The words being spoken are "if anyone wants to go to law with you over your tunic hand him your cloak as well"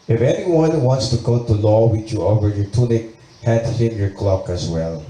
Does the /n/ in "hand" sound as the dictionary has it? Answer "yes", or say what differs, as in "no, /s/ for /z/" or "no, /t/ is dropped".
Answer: no, /n/ is dropped